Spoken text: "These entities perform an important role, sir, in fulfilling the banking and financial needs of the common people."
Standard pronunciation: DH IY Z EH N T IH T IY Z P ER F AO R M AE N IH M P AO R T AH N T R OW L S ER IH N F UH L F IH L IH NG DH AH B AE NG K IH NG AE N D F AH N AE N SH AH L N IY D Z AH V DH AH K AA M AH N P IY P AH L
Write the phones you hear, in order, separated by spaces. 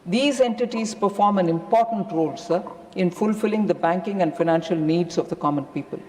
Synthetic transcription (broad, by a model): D IY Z EH N T IH T IY Z P ER F AO R M AE N IH M P AO R T AH N T R OW L S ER IH N F UH L F IH L IH NG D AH B AE NG K IH NG AE N D F AH N AE N SH AH L N IY D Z AH V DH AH K AA M AH N P IY P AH L